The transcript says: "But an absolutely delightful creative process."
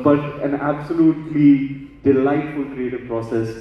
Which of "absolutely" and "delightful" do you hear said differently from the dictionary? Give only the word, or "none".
none